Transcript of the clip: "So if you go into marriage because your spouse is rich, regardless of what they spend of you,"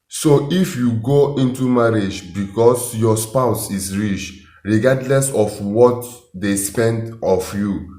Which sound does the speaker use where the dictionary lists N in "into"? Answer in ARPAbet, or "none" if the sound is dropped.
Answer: N